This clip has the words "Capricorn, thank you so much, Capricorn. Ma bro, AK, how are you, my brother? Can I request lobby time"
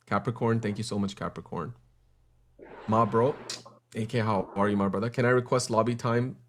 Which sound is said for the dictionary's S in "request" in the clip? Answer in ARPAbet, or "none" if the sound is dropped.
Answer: S